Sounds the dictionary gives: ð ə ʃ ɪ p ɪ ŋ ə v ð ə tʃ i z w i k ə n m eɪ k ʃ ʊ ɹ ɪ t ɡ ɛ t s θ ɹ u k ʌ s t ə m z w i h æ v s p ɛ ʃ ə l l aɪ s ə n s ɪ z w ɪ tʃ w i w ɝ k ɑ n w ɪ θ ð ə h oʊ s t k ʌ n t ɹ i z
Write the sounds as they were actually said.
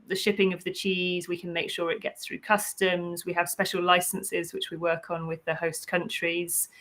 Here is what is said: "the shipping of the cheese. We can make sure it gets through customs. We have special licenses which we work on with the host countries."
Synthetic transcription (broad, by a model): ð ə ʃ ɪ p ɪ ŋ ə v ð ə tʃ i z w i k ə n m eɪ k ʃ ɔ ɹ ɪ t ɡ ɛ t s θ ɹ u k ʌ s t ə m z w i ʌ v s p ɛ ʃ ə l l aɪ s ə n s ɪ z w ɪ tʃ w i w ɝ k n w ɪ ð ə h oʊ s k ʌ n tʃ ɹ i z